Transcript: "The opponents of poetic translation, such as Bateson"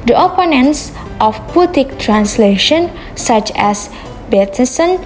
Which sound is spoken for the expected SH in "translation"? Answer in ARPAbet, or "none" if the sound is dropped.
SH